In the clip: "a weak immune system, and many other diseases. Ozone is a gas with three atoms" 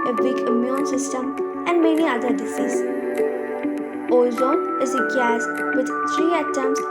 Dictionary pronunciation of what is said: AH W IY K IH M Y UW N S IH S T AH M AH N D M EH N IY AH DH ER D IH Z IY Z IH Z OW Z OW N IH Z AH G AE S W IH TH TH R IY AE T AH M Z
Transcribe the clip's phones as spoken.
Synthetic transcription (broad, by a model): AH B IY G IH M Y UW N S IH S T AH M AH N D M EH N IY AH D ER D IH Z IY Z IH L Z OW IH Z AH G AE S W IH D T R IY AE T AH M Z